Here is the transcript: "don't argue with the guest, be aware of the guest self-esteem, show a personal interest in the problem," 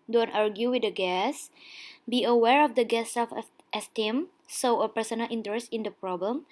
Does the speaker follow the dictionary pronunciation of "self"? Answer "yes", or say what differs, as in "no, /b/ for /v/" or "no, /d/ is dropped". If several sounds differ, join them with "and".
no, /l/ is dropped